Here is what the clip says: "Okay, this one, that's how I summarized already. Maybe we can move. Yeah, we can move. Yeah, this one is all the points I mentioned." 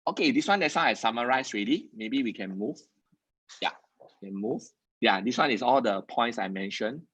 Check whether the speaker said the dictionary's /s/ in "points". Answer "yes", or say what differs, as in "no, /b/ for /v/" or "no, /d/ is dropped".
yes